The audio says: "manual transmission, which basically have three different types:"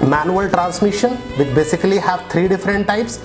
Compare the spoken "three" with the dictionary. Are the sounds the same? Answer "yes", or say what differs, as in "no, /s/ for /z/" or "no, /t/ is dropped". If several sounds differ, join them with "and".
no, /t/ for /θ/